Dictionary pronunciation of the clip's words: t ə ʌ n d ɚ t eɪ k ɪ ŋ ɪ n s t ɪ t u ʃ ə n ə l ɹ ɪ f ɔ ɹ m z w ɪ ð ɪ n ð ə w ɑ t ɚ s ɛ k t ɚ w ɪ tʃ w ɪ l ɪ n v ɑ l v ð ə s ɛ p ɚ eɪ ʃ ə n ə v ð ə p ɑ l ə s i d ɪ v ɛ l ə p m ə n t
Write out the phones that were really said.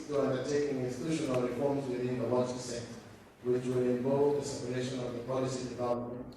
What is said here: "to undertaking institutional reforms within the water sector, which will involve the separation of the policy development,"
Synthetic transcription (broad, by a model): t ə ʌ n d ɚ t eɪ k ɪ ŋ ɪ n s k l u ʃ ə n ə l ɹ ɪ f ɔ ɹ m z w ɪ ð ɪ n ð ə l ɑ s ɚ s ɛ t w ɪ tʃ w ɪ l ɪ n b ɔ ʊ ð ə s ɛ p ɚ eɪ ʃ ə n ə v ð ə p ɑ l ə s i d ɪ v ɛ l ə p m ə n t